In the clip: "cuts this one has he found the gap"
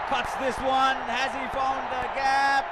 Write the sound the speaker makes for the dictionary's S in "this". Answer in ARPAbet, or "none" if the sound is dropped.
S